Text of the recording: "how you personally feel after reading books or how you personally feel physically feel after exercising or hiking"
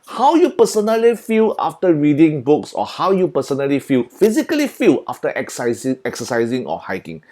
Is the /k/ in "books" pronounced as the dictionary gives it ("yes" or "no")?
yes